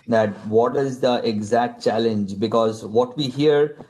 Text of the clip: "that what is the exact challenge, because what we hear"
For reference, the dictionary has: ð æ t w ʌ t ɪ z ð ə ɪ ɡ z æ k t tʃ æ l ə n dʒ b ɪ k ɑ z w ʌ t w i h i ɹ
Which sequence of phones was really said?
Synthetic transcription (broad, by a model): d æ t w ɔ t ɪ z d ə ɪ ɡ z æ k t tʃ æ l ə n dʒ b ɪ k ɑ z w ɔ t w i h i ɹ